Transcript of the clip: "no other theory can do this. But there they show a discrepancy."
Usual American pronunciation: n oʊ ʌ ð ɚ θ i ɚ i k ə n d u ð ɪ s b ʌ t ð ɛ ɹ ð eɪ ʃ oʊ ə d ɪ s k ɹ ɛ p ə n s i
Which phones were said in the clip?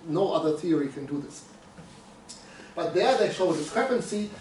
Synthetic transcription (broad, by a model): n oʊ ʌ ð ɚ θ i ɚ i k ə n d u ð ɪ s b ʌ t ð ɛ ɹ ð eɪ ʃ oʊ ə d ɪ s k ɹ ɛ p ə n s i